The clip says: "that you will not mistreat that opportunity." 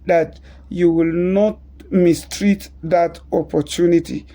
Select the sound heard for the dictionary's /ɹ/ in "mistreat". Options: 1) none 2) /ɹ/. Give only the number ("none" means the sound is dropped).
2